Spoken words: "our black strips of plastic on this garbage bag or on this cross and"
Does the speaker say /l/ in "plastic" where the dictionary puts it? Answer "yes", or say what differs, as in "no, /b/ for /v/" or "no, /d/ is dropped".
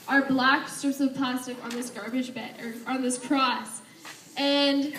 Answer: no, /l/ is dropped